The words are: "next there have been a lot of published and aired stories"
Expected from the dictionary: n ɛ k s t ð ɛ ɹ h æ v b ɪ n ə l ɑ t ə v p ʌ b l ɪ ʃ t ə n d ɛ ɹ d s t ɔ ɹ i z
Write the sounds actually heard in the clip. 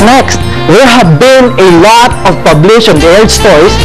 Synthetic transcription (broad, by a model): n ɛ k s t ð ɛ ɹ h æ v b ɪ n ə l ɑ t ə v p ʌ b l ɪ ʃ ə n d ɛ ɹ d s t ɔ ɹ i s